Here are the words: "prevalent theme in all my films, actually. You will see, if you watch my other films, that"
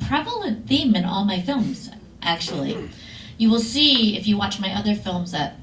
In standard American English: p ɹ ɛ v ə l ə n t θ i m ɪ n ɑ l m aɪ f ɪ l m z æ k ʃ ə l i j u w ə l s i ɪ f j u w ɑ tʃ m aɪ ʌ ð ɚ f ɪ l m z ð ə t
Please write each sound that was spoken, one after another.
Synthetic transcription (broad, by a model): p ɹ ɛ v l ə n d θ i m ɪ n ɑ l m aɪ f ɪ l m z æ k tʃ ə l i j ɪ w ə l s i ɪ f j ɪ w ɑ tʃ m aɪ ʌ ð ɚ f ɪ l m z ð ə t